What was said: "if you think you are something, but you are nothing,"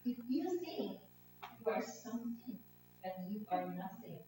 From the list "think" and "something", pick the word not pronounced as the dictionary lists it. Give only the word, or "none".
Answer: think